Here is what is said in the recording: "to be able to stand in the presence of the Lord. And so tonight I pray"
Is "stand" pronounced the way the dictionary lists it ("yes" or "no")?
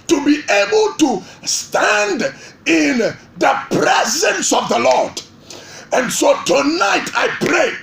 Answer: yes